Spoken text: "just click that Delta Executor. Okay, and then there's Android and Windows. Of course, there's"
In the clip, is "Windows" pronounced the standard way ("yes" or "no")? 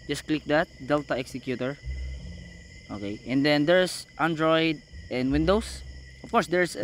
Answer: no